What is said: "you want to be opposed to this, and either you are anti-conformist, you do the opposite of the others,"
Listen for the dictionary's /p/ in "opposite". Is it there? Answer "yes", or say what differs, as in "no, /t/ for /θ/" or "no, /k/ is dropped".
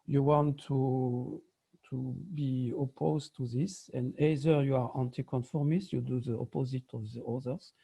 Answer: yes